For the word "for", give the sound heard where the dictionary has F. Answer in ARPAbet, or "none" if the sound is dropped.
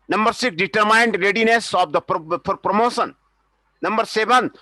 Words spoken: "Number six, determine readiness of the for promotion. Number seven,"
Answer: P